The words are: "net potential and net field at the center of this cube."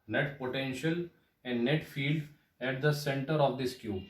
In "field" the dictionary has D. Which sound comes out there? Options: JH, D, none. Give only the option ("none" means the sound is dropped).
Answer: D